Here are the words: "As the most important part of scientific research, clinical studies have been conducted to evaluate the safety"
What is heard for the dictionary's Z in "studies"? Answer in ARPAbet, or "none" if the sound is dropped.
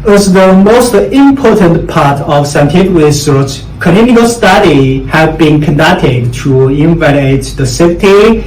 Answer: none